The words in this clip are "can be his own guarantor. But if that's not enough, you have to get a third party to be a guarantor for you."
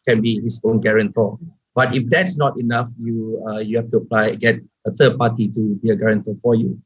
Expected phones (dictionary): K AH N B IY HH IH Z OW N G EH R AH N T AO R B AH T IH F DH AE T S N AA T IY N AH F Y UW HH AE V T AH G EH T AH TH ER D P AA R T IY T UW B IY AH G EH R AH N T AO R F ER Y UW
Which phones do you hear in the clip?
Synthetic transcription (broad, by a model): K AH N B IY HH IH S OW N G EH R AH N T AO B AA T IH F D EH T S N AA T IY N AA F Y UW HH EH F T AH G EH T AH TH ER D P AA T IY T UW B IY AH G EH R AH N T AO F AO Y UW